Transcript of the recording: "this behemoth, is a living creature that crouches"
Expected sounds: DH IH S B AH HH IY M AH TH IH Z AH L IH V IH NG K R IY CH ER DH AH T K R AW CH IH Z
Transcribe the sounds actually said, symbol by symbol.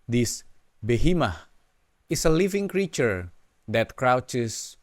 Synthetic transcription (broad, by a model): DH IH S B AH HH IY M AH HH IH S AH L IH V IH NG K R IY CH ER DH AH T K R AW CH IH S